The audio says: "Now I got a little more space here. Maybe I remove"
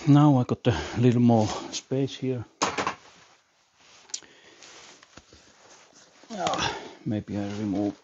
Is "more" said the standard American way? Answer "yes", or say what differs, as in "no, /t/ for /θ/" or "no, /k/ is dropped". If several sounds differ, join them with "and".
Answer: no, /l/ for /ɹ/